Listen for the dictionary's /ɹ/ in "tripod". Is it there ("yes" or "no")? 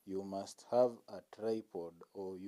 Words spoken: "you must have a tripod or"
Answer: yes